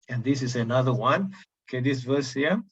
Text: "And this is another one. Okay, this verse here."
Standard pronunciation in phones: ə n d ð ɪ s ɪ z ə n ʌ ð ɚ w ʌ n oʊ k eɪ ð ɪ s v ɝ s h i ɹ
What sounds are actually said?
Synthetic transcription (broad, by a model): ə n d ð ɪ s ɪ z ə n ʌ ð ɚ w ʌ n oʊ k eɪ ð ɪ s v ɝ s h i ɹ